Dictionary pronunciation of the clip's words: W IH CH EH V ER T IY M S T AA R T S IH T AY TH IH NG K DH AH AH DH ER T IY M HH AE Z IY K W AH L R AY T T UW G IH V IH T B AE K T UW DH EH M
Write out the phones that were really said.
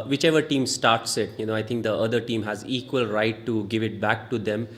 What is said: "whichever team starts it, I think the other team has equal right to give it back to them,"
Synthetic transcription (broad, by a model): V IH CH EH V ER T IY M S T AA R T S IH T AY T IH NG K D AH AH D ER T IY M HH AE Z IY K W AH L R AY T T UW G IH V IH T B AE K T UW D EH M